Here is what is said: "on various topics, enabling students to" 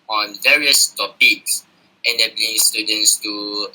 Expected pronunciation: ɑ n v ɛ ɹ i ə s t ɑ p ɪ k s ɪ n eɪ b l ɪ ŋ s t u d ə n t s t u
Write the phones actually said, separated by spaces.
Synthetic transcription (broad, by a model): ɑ n v ɛ ɹ i ə s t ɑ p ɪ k s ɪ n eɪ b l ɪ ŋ s t u d ə n t s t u